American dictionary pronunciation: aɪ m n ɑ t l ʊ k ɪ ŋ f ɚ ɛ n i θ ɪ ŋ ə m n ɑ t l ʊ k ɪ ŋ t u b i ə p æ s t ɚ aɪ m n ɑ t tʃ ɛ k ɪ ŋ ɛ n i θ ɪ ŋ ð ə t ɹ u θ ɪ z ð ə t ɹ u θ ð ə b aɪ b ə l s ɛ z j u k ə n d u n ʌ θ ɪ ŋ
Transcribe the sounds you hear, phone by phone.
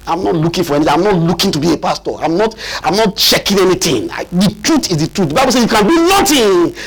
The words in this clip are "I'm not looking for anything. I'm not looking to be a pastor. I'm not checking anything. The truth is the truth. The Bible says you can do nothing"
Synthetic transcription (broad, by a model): aɪ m n ɑ t l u k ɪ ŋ f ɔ ɛ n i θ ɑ ə m n ɑ t l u k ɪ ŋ t u b i ə p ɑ s t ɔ aɪ m n ɑ t tʃ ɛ k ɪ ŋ ɛ n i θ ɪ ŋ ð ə t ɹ u t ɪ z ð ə t ɹ u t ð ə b aɪ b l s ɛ j u k ə n d u n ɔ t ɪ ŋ